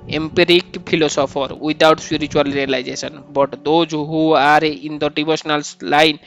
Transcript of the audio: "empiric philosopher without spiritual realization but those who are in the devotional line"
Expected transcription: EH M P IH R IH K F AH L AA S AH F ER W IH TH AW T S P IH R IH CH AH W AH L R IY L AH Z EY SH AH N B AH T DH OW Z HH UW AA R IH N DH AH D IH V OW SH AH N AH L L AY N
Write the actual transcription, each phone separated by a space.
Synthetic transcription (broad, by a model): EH M P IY R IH K P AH L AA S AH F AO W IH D AW T S P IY R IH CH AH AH L R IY L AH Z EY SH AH N B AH T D OW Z HH UW AA R IH N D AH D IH B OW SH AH N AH L L AY N